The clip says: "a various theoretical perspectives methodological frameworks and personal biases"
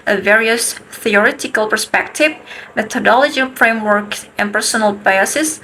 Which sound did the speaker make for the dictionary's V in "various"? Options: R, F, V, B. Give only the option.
V